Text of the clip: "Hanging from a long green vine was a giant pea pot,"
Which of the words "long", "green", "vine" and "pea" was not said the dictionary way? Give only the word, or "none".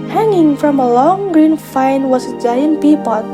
vine